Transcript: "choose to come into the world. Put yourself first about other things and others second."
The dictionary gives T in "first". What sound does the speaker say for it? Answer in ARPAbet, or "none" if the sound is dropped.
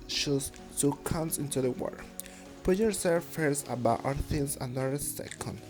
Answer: none